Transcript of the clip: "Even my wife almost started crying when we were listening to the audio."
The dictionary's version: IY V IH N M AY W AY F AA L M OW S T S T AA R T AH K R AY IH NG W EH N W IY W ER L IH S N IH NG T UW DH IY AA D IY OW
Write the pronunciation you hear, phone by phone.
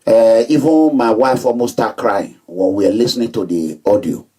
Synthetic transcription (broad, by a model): IY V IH N M AY W AY F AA M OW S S T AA K R AY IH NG W EH N W IY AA L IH S N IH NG T UW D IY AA D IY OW